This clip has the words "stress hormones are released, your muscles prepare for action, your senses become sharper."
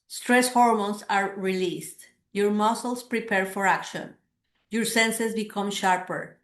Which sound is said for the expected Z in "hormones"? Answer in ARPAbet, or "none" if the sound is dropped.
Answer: S